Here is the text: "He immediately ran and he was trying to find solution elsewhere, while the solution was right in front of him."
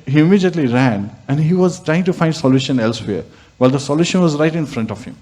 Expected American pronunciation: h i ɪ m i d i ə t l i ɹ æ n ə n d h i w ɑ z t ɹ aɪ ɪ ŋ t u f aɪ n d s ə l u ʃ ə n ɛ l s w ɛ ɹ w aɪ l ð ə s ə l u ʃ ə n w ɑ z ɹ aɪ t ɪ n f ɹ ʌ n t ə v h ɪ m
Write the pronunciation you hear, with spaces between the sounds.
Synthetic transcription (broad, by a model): h i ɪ m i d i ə t l i ɹ æ n ə n d h i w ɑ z t ɹ aɪ ɪ ŋ t u f aɪ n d s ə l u ʃ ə n ɛ l s w ɛ ɹ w aɪ l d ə s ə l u ʃ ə n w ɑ z ɹ aɪ t ɪ n f ɹ ʌ n t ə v h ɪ m